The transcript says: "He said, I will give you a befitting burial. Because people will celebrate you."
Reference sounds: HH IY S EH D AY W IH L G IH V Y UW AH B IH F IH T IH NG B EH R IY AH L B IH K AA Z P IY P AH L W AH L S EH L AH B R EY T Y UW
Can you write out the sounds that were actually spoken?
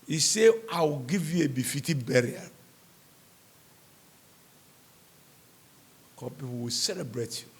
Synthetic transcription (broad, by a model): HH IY S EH AY W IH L G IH V Y UW AH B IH F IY T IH B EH R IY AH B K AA P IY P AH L W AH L S EH L AH B R EY T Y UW